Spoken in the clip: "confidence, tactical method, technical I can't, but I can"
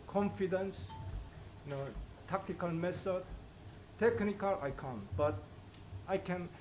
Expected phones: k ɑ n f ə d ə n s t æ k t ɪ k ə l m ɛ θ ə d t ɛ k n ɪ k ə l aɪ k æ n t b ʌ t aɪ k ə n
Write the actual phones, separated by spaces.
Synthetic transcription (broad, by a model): k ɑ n f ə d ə n s t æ k t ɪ k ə l m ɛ s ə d t ɛ k n ɪ k ə l aɪ k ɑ n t b ʌ t aɪ k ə n